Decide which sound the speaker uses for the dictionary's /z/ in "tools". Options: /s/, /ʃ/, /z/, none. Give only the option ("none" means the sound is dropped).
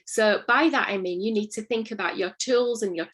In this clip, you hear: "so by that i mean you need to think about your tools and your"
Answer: /z/